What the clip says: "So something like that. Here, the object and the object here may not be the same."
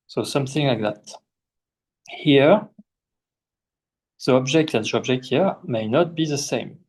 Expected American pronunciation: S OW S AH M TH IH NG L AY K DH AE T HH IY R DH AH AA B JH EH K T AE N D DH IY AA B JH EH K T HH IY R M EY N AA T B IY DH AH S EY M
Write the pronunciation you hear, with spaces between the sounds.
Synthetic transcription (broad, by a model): S OW S AH M TH IH NG L AY K DH AE T HH IY R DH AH AA B JH EH K T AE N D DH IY AA B JH EH K T HH IY R M EY N AA T B IY DH AH S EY M